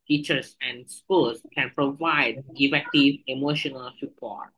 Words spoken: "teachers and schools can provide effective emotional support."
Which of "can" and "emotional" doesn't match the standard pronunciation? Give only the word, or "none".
none